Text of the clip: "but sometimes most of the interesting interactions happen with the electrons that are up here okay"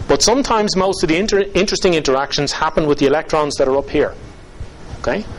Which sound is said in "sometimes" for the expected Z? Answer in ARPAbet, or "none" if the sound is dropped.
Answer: Z